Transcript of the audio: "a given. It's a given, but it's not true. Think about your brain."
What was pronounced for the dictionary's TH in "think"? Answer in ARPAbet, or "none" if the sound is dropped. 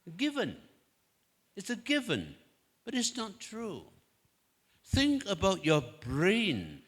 TH